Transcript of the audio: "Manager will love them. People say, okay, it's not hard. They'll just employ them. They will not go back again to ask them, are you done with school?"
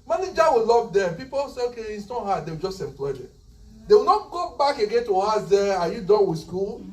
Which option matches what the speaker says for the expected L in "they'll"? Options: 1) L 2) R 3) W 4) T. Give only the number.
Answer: 3